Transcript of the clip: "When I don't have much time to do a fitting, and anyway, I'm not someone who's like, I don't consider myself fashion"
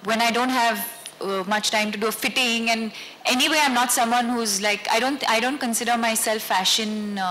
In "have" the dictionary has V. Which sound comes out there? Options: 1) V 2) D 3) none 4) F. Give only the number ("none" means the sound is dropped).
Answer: 1